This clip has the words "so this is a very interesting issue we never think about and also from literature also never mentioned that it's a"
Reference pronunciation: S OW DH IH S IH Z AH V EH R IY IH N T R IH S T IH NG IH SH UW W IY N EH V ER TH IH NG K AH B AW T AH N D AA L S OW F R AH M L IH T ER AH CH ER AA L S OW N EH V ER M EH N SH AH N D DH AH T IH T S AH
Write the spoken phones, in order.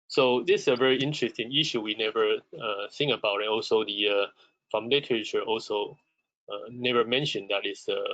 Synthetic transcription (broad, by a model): S OW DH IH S AH V EH R IY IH N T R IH S T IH NG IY SH UW W IY N EH V ER S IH NG AH B AW T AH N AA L S OW F R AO M L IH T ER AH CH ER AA L S OW N EH V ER M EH N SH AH N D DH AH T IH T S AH